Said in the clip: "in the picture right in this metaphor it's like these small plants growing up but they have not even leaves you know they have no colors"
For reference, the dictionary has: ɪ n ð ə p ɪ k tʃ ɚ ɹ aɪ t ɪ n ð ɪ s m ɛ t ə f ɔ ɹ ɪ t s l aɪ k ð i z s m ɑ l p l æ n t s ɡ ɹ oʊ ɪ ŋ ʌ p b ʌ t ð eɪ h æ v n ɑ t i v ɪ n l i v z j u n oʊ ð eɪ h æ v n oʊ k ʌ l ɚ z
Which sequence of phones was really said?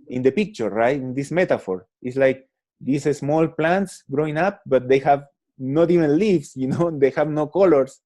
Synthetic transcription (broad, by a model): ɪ n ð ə p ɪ k tʃ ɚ ɹ aɪ t ɪ n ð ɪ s m ɛ t ə f ɔ ɹ ɪ t s l aɪ k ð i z s m ɑ l p l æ n t s ɡ ɹ oʊ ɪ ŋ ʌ p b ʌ t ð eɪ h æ v n ɑ t i v ɪ n l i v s j u n oʊ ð eɪ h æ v n oʊ k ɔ l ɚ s